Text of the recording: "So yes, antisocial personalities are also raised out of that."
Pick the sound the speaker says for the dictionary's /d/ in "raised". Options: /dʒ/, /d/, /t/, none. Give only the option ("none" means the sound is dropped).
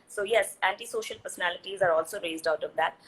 /d/